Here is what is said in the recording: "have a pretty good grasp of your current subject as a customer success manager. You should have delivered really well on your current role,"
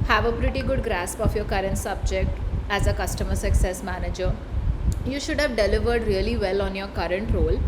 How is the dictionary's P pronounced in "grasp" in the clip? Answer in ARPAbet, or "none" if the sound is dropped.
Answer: P